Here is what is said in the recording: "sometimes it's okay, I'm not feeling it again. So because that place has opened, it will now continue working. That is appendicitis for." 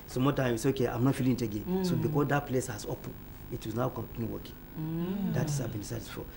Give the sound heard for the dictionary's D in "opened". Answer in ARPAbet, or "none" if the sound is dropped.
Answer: none